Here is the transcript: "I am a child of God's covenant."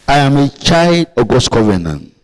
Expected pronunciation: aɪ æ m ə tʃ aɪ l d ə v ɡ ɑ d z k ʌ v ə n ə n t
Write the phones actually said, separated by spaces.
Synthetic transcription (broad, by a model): aɪ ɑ m ə tʃ aɪ l d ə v ɡ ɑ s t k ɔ v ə n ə n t